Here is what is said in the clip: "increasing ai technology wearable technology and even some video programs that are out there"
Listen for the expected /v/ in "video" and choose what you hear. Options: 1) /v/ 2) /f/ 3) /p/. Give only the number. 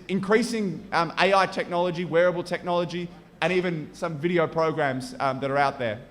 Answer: 1